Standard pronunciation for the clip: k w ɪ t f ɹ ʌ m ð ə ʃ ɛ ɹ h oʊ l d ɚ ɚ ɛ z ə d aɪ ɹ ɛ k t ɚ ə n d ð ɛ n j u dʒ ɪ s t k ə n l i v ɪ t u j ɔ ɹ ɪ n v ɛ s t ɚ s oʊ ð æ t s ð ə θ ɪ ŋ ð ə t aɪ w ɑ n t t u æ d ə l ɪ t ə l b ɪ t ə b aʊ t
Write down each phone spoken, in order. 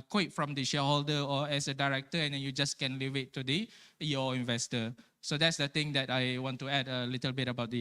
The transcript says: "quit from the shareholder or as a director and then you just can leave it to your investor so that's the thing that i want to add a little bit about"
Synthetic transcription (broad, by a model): k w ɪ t f ɹ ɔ m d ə ʃ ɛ h oʊ l d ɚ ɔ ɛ s ə d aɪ ɹ ɛ k t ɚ ə n d ɛ n j u dʒ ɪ s k ə n l i v ɪ t u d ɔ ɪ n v ɛ s t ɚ s oʊ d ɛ t s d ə t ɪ ŋ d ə t aɪ w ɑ n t t u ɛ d ə l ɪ t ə l b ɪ t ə b aʊ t